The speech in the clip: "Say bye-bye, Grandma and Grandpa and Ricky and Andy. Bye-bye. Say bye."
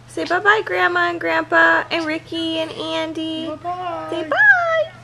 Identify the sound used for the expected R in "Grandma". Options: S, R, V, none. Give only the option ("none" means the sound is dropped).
R